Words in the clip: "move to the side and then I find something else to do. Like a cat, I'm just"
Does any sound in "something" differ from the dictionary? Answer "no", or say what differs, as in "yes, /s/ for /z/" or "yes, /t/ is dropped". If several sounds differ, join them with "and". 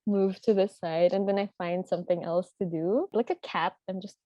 no